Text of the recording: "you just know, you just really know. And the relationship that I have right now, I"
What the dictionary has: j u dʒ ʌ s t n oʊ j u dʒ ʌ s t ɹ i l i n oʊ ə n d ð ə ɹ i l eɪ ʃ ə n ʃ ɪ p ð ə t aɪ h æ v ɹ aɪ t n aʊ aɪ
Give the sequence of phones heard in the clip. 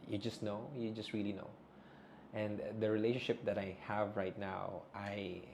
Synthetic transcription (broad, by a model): j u dʒ ʌ s t n oʊ j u dʒ ʌ s t ɹ i l i n oʊ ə n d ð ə ɹ i l eɪ ʃ ə n ʃ ɪ p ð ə t aɪ h æ v ɹ aɪ t n aʊ aɪ